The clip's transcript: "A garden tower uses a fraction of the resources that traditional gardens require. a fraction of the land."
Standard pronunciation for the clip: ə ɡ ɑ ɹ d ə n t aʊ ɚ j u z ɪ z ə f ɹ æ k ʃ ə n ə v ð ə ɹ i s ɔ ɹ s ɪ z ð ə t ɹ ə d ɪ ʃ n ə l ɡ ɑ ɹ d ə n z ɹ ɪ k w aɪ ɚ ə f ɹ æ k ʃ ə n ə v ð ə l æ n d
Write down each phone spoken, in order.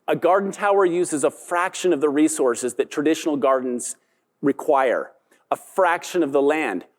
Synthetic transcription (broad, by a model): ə ɡ ɑ ɹ d n t aʊ ɚ j u z ɪ z ə f ɹ æ k ʃ ə n ə v ð ə ɹ i s ɔ ɹ s ɪ z ð ə t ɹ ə d ɪ ʃ n l ɡ ɑ ɹ d n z ɹ ɪ k w aɪ ɚ ə f ɹ æ k ʃ ə n ə v ð ə l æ n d